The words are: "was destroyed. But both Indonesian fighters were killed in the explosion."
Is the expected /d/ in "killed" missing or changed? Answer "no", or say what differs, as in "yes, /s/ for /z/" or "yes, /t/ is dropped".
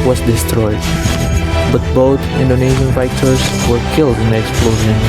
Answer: no